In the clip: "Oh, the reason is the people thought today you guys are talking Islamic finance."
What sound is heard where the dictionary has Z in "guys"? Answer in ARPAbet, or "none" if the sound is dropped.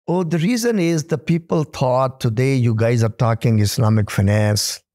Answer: Z